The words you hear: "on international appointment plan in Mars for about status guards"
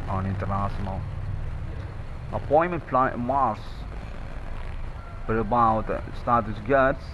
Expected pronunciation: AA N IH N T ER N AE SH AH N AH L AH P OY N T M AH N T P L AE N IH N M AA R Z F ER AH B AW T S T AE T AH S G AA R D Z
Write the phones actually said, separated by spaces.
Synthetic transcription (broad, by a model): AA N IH N T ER N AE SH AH N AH L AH P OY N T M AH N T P L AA IH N M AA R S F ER AH B AW T S T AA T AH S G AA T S